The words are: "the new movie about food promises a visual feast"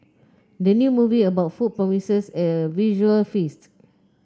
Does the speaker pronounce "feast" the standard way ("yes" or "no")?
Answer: yes